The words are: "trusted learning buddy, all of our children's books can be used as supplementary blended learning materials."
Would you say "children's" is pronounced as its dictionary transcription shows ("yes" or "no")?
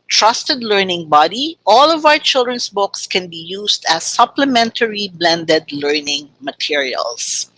no